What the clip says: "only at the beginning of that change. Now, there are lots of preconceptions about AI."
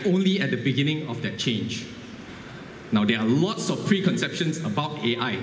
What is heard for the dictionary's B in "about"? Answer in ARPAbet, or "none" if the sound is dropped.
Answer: B